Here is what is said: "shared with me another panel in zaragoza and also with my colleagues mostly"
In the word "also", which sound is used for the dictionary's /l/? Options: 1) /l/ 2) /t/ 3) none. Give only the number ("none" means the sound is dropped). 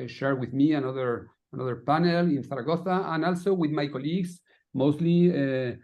1